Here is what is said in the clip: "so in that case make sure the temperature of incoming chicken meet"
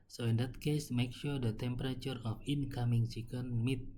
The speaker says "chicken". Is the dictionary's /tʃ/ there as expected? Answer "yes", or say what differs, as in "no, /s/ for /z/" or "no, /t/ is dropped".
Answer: no, /s/ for /tʃ/